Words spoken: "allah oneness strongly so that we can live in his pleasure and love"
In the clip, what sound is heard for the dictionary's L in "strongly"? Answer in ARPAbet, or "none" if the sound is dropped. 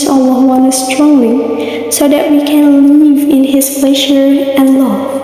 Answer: none